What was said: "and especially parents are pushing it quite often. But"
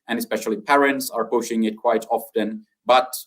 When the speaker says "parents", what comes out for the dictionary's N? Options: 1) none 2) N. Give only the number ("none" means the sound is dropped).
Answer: 2